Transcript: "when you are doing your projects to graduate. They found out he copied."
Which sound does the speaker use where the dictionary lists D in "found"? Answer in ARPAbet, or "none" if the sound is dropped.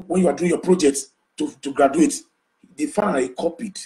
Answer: none